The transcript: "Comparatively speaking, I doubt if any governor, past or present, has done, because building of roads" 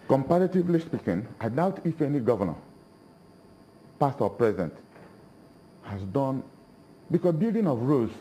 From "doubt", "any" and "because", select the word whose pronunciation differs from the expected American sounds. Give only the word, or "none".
because